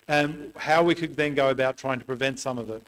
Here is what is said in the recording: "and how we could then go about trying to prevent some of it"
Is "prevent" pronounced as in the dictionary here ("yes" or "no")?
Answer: yes